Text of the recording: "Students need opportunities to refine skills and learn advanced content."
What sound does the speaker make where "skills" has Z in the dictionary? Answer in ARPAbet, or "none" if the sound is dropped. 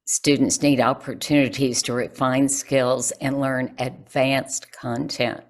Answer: Z